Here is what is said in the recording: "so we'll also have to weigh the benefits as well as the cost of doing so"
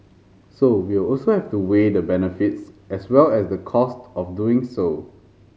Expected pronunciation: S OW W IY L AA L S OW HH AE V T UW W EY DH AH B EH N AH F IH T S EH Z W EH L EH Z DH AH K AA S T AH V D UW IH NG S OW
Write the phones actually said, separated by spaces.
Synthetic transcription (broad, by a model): S OW W IY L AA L S OW HH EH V T UW W EY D AH B EH N AH F IH T S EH S W EH L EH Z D AH K AA S T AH F D UW IH NG S OW